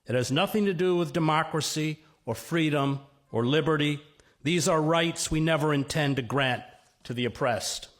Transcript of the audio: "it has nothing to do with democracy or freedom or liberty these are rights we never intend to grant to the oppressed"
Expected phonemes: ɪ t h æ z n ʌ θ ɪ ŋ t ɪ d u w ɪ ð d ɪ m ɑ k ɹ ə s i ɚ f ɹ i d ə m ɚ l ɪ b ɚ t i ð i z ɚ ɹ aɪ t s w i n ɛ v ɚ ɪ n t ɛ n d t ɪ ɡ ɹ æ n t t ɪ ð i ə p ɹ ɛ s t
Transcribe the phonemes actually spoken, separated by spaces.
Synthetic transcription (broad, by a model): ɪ t h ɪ z n ʌ θ ɪ ŋ t ɪ d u w ɪ ð d ɪ m ɑ k ɹ ə s i ɚ f ɹ i d ə m ɚ l ɪ b ɚ t i ð i z ɚ ɹ aɪ t s w i n ɛ v ɚ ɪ n t ɛ n t ɪ ɡ ɹ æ n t t ɪ ð i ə p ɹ ɛ s t